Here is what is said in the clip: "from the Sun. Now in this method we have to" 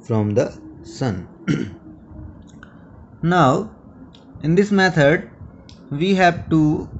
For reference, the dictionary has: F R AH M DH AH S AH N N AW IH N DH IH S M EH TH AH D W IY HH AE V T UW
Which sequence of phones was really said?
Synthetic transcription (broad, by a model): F R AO M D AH S AH N N AW IH N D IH S M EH T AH D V IY HH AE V T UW